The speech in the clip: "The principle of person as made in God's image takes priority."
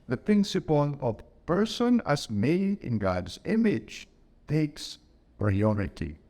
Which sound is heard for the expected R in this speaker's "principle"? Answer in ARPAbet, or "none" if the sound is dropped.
none